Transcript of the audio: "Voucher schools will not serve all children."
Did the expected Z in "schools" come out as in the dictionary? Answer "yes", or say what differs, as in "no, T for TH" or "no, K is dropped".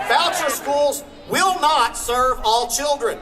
yes